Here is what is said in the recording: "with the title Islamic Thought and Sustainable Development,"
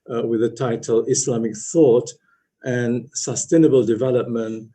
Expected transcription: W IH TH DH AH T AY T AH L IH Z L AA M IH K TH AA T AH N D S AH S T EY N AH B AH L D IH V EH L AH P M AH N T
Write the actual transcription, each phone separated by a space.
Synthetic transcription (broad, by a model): W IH DH AH T AY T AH L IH S L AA M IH K TH AA T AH N S AH S T EY N AH B AH L D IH V EH L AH P M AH N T